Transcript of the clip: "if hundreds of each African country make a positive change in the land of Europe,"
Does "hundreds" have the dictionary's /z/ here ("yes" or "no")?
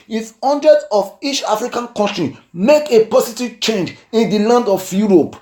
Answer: no